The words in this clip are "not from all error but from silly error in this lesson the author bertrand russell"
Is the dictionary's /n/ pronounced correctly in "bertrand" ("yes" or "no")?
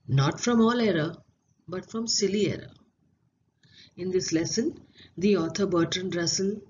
yes